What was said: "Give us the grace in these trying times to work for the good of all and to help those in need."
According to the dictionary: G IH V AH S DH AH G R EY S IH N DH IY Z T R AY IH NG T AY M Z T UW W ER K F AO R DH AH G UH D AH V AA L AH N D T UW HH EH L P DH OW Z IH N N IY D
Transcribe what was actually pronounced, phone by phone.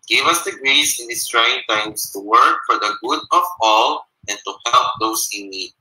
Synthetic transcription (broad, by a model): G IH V AH S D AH G R EY S IH N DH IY S T R AY IH NG T AY M S T UW W ER K F AO R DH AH G UH D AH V AA L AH N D T UW HH EH L P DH OW S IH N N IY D